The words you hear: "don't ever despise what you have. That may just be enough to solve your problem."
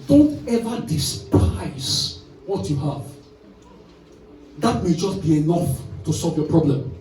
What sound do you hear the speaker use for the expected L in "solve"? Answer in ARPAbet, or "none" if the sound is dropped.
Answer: L